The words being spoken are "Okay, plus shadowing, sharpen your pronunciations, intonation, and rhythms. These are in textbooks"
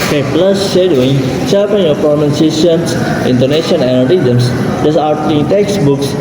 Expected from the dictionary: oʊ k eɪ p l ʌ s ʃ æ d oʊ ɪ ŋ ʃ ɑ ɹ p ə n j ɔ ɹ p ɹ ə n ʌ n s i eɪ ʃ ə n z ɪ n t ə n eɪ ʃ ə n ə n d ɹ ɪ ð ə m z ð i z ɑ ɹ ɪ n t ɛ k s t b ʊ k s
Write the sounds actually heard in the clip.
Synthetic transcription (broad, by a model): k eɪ p l ʌ s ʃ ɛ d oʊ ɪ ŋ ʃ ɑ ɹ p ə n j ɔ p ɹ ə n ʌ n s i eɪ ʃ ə n s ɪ n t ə n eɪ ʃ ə n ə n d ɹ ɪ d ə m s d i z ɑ l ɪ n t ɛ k s b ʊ k s